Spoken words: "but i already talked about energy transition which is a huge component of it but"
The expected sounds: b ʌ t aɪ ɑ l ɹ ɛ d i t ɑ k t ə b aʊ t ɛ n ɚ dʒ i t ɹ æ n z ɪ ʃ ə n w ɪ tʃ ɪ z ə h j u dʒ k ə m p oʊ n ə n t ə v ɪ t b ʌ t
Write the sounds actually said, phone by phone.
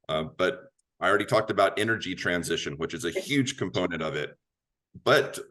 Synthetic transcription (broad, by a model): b ʌ t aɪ ɑ l ɹ ɛ d i t ɑ k t ə b aʊ t ɛ n ɚ dʒ i t ɹ æ n z ɪ ʃ ə n w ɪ tʃ ɪ z ə h j u dʒ k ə m p oʊ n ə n t ə v ɪ t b ʌ t